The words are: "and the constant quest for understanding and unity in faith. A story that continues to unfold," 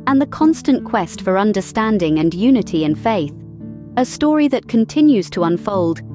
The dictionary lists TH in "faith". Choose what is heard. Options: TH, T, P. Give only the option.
TH